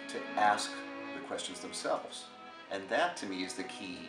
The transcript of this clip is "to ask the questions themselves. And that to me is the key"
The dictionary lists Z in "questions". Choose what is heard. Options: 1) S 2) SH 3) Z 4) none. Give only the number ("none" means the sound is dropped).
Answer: 3